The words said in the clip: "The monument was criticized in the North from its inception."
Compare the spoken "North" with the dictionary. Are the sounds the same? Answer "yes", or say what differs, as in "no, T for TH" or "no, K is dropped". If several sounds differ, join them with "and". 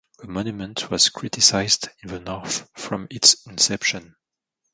yes